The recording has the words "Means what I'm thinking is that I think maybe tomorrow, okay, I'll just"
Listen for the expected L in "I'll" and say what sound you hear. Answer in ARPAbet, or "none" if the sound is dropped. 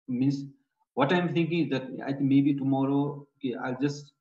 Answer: L